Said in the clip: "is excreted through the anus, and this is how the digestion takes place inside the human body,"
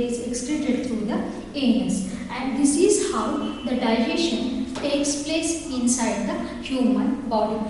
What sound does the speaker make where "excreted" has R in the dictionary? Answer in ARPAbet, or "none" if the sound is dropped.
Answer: L